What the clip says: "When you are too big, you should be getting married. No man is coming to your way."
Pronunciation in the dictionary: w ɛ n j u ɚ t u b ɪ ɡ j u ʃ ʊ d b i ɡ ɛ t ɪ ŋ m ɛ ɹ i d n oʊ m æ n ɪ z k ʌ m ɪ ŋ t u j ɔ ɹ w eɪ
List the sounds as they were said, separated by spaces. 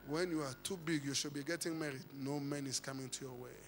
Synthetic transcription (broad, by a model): w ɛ n j u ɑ t u b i ɡ j u ʃ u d b i ɡ ɛ t ɪ ŋ m ɛ ɹ i d n oʊ m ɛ n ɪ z k ʌ m ɪ ŋ t u j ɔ w eɪ